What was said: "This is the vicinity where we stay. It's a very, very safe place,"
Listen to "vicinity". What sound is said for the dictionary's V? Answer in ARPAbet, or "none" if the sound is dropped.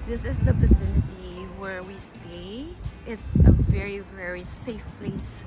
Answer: P